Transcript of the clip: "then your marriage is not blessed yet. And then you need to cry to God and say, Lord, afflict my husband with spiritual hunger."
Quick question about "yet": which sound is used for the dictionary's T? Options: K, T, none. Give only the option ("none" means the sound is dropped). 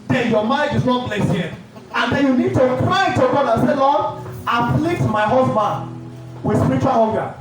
none